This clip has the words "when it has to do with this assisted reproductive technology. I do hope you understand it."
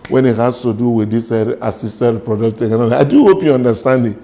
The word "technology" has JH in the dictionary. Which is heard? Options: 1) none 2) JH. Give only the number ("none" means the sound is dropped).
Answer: 1